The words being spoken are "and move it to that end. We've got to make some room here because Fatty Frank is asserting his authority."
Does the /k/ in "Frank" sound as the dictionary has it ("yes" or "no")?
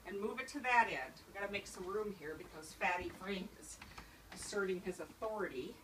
no